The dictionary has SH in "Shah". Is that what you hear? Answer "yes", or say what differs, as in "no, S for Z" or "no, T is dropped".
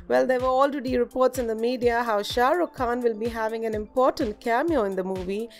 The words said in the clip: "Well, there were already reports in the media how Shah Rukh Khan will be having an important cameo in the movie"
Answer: yes